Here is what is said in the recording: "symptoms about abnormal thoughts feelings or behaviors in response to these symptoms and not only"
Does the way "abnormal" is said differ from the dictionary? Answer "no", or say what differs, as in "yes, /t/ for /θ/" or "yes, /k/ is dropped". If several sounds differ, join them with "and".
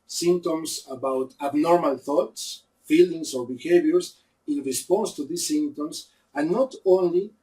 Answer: no